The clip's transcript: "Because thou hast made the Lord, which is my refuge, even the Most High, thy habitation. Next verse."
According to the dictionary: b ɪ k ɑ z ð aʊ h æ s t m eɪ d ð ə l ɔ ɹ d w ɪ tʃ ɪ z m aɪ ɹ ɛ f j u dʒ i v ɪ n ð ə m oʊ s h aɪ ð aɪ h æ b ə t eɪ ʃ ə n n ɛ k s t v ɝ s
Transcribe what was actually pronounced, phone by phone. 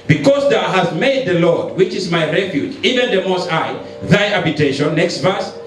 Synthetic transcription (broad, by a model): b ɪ k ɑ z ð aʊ h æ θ m eɪ d ð ə l ɔ ɹ d w ɪ tʃ ɪ z m aɪ ɹ ɛ f j u dʒ i v ɪ n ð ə m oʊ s aɪ ð aɪ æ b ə t eɪ ʃ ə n n ɛ k s t v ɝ s